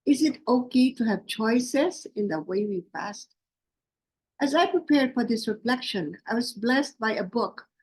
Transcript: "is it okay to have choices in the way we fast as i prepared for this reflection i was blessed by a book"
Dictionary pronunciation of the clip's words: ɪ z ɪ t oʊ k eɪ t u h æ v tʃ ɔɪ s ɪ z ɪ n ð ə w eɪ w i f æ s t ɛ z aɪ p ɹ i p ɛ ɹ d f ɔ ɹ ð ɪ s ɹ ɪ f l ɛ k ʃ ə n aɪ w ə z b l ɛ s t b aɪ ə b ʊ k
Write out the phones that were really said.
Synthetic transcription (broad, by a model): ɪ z ɪ t oʊ k eɪ t u h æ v tʃ ɔɪ s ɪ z ɪ n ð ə w eɪ w i p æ s t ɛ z aɪ p ɹ i p ɛ ɹ d f ɔ ɹ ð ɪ s ɹ ɪ f l ɛ k ʃ ə n aɪ w ə z b l ɛ s t b aɪ ə b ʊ k